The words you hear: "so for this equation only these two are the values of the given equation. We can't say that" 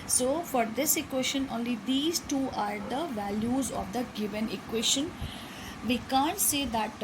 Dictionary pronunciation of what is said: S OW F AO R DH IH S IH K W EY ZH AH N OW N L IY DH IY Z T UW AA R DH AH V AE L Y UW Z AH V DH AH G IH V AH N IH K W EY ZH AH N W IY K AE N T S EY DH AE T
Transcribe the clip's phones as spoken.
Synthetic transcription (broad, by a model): S OW F AO R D IH S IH K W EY SH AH N OW N L IY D IY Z T UW AA R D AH V AE L Y UW Z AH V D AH G IH V AH N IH K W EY SH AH N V IY K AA N T S EY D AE T